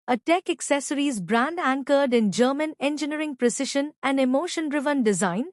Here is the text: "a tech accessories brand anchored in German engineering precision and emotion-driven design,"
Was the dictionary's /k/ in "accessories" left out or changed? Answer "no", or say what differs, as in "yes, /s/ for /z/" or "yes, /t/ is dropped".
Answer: no